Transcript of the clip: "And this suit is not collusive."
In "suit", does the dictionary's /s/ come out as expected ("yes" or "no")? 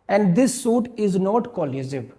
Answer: yes